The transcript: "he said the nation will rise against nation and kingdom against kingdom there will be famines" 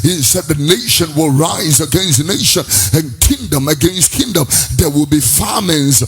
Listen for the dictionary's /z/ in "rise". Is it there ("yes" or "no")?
yes